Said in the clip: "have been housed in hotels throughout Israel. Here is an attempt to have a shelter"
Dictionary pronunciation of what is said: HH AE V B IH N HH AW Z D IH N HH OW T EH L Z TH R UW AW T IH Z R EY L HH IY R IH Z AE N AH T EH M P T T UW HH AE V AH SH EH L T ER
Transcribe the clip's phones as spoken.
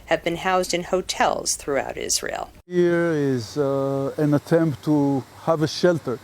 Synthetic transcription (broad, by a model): HH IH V B IH N HH AW Z D IH N HH OW T EH L Z TH R UW AW T IH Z R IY L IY R IH Z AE N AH T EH M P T T UW HH AE V AH SH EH L T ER